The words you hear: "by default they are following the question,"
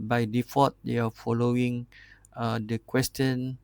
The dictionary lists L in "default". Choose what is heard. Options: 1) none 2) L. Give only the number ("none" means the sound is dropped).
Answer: 1